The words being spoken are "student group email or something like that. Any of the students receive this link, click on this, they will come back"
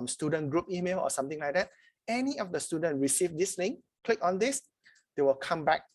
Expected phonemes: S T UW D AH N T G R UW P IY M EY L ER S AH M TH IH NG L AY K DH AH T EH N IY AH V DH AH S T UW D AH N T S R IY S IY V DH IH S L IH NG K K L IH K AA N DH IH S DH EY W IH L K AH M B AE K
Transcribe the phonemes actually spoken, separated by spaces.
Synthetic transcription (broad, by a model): S T UW D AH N G R UW P IY M EY L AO S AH M T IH NG L AY K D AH T EH N IY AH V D AH S T UW D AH N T R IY S IY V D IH S N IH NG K K L IH K AA N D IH S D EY W IH L K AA M B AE K